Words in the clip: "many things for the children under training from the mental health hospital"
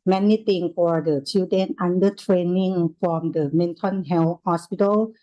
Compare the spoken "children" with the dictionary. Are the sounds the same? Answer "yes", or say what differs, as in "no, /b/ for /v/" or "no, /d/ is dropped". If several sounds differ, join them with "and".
no, /ɹ/ is dropped